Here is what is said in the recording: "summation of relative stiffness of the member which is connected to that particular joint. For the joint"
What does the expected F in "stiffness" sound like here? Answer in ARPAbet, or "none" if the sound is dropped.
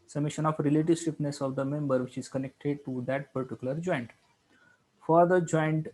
P